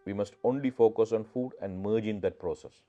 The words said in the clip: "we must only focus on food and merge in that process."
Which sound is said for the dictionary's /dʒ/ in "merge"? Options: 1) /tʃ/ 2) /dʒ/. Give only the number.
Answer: 2